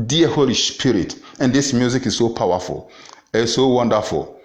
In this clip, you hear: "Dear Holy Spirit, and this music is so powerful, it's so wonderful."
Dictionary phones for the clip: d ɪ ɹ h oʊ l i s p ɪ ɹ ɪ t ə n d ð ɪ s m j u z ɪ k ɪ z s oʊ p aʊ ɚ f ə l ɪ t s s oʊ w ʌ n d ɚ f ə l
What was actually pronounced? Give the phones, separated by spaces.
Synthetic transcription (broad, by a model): d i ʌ h oʊ l i s p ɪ ɹ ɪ t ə n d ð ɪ s m j u z ɪ k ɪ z s oʊ p aʊ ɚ f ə l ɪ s s oʊ w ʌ n d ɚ f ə l